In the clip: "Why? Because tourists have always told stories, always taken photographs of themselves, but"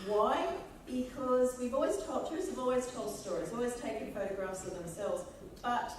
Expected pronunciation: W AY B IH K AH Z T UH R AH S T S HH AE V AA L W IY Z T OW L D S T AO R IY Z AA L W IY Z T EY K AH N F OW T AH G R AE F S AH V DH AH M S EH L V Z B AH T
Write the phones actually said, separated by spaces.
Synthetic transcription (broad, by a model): W AY B IH K AH Z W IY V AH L T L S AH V AA L W IY Z T OW L D S T AO R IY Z AA L W IY Z T EY K AH N F OW T AH G R AE F S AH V DH AH M S EH L V Z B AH T